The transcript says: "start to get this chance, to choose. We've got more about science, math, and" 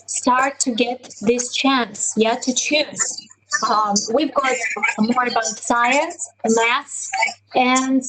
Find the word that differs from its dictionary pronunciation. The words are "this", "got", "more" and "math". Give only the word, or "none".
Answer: math